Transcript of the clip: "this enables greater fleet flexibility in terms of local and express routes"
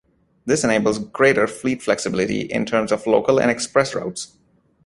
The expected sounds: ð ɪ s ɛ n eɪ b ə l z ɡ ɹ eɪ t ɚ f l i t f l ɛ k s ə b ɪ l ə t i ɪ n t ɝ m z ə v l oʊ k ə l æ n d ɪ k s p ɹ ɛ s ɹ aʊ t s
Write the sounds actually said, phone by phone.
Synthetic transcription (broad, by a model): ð ɪ s ɛ n eɪ b ə l z ɡ ɹ eɪ t ɚ f l i t f l ɛ k s ə b ɪ l ə t i ɪ n t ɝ m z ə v l oʊ k ə l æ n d ɪ k s p ɹ ɛ s ɹ aʊ t s